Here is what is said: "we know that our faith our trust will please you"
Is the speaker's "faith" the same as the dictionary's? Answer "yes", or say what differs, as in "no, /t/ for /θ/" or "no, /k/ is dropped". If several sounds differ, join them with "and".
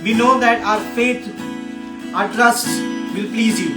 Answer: no, /t/ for /θ/